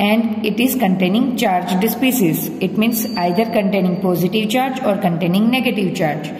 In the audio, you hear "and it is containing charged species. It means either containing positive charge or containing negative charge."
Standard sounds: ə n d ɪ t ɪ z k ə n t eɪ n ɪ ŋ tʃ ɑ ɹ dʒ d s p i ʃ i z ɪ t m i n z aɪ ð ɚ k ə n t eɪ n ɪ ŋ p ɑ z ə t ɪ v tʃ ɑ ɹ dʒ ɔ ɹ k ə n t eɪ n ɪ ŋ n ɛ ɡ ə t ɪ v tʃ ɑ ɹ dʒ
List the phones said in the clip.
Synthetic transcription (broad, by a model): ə n d ɪ t ɪ z k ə n t eɪ n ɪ ŋ tʃ ɑ ɹ dʒ d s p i s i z ɪ t m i n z aɪ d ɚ k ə n t eɪ n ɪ ŋ p ɑ z ə t ɪ v tʃ ɑ ɹ dʒ ɔ ɹ k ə n t eɪ n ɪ ŋ n ɛ ɡ ə t ɪ v tʃ ɑ ɹ dʒ